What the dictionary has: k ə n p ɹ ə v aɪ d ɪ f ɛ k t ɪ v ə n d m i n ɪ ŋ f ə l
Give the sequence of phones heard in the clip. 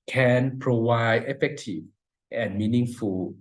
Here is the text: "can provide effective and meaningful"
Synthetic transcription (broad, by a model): k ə n p ɹ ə w aɪ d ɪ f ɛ k t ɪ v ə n m i n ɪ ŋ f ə